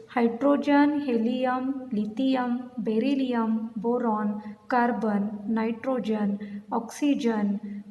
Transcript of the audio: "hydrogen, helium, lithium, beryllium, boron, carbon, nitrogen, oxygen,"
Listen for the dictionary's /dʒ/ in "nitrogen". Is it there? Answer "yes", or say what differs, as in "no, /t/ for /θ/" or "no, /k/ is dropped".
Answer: yes